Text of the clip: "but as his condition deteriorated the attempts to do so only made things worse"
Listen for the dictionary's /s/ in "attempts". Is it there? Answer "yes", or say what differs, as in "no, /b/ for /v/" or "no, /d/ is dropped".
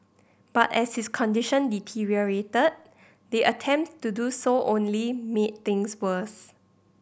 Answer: no, /s/ is dropped